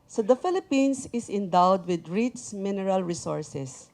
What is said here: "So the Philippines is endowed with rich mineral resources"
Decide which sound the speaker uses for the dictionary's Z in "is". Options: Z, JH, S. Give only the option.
S